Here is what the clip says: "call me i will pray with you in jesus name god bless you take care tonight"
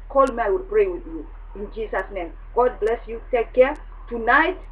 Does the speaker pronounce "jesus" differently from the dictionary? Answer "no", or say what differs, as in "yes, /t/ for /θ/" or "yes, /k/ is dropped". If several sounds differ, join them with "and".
yes, /s/ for /z/